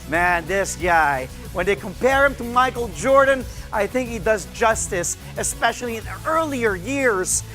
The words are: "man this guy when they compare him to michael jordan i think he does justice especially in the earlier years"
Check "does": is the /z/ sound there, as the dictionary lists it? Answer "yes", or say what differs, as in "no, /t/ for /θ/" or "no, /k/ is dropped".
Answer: yes